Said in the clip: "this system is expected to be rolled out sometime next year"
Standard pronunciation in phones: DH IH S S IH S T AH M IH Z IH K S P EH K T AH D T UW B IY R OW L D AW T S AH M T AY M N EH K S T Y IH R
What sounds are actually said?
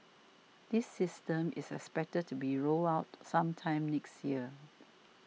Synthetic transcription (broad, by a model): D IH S S IH S T AH M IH S IH K S P EH K T AH D T UW B IY R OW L AW T S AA M T AY M N EH K S T Y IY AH